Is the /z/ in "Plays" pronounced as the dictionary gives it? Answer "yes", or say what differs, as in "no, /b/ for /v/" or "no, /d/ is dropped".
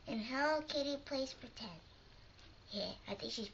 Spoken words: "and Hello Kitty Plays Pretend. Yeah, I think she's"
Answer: no, /s/ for /z/